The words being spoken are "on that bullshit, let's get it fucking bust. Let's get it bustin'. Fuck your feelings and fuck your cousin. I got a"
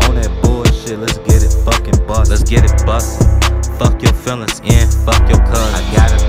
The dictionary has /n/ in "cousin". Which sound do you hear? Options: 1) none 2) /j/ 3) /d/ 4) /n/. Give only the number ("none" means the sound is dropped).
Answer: 1